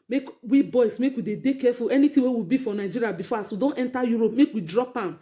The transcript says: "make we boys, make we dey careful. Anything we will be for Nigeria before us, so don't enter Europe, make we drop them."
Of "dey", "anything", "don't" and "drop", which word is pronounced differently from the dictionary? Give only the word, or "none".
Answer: anything